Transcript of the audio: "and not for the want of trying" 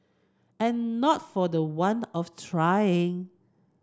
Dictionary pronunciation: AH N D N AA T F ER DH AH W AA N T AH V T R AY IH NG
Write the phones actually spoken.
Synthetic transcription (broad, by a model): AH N N AA T F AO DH AH W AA N AH F T R AY IH NG